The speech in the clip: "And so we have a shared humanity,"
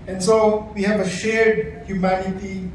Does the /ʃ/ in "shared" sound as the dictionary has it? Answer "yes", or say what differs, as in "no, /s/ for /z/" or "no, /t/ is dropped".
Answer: yes